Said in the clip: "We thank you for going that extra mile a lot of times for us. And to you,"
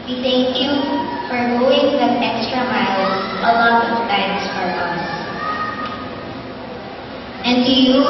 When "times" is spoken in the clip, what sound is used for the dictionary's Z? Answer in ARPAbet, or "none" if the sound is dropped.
S